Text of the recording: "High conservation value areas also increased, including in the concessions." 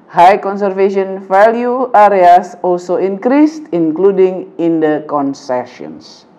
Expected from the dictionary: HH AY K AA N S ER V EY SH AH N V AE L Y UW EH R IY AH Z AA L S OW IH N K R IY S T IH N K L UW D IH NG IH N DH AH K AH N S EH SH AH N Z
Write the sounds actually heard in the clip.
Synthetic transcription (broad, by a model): HH AY K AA N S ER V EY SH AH N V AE L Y UW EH R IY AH S AA L S OW IH N K R IY S T IH N K L UW D IH NG IH N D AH K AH N S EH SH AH N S